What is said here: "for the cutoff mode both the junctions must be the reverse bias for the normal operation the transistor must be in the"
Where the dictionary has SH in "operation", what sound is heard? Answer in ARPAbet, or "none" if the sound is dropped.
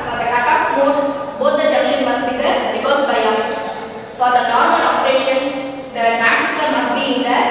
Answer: SH